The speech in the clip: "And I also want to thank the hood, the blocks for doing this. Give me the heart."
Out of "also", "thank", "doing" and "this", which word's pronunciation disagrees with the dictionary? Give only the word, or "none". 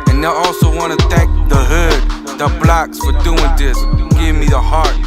thank